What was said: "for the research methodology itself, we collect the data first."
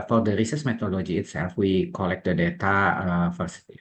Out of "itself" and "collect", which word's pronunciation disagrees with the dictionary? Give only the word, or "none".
none